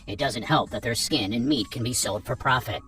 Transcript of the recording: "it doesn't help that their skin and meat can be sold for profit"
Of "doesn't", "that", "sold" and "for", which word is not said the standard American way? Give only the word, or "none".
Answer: none